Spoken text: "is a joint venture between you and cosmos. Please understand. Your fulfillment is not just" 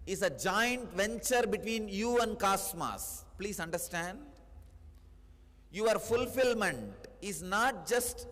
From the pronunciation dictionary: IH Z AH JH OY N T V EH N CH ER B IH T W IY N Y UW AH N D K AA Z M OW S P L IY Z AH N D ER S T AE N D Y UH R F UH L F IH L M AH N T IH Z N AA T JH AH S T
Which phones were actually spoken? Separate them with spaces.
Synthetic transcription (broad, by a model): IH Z AH JH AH N T V EH N CH ER B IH T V IY N Y UW AH N D K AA S M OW S P L IY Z AH N D ER S T AE N D Y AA R F UH L F IH L M AH N T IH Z N AA T JH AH S T